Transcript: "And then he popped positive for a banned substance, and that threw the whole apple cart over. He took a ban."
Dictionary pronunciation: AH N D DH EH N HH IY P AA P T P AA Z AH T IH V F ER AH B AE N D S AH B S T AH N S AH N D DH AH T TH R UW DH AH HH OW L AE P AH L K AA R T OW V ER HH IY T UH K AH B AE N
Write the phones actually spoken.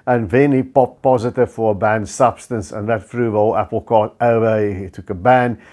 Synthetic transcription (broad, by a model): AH N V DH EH N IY P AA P P AA Z AH T IH V F ER AH B AE N D S AH B S T AH N S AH N DH AH T F R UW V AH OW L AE P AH L K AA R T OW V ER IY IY T UH K AH B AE N